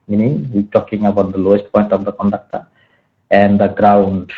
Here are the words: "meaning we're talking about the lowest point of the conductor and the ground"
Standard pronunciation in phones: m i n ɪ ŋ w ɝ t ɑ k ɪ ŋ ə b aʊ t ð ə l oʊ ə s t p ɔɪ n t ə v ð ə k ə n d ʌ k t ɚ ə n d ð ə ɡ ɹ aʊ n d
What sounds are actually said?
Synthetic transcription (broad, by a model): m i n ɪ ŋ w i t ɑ k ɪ ŋ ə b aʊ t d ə l oʊ ə s t p ɔɪ n t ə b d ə k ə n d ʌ k t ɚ ə n d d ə ɡ ɹ aʊ n d